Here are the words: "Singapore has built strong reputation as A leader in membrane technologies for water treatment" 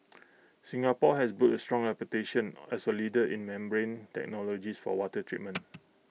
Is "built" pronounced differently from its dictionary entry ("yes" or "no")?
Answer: yes